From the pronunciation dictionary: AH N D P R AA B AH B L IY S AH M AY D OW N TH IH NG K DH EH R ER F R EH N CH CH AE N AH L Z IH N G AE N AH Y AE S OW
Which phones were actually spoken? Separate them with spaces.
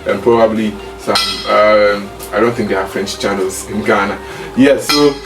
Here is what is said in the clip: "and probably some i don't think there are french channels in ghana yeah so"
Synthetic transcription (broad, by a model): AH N P R AA B AH B L IY S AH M AY D OW N TH IH NG K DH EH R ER F R EH N CH CH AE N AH L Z IH N G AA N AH Y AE S OW